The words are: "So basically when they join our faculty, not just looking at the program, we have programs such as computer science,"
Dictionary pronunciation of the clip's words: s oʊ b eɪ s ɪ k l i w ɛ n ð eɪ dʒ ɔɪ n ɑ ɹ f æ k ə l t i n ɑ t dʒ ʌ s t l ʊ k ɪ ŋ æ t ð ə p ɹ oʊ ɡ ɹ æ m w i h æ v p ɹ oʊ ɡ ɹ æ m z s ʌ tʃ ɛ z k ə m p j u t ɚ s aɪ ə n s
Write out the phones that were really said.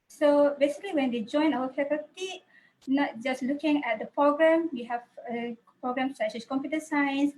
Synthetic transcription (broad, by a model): s oʊ b eɪ s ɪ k l i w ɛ n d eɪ dʒ ɔɪ n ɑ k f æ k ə t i n ɑ t dʒ ʌ s t l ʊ k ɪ ŋ æ t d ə p ɹ oʊ ɡ ɹ æ m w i h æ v p ɹ oʊ ɡ ɹ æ m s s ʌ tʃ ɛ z k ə m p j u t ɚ s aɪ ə n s